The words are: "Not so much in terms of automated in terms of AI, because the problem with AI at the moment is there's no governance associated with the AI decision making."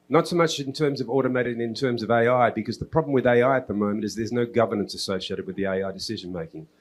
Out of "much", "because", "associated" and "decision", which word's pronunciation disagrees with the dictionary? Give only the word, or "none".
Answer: none